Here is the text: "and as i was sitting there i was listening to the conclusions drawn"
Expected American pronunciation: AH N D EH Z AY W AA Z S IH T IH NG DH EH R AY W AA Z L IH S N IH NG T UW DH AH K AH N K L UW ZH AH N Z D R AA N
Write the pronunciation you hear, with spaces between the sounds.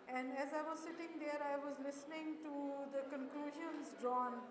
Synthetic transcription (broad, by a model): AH N D EH Z AY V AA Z S IH T IH NG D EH R AY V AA Z L IH S N IH NG T UW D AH K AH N K L UW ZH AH N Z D R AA N